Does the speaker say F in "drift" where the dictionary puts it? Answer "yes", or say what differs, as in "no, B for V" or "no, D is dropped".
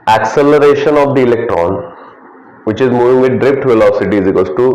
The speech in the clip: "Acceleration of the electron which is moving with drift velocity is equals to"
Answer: no, P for F